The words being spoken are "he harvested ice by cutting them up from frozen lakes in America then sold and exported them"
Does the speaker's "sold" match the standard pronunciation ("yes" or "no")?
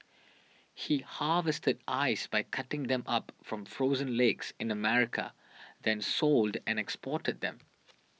yes